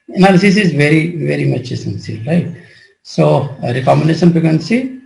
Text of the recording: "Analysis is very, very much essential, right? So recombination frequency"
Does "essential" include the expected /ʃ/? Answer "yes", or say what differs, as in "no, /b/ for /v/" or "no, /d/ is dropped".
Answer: no, /s/ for /ʃ/